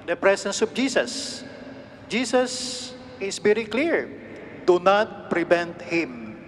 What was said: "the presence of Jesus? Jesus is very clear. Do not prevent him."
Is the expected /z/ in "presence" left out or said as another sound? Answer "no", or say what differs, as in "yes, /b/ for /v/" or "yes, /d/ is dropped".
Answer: yes, /s/ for /z/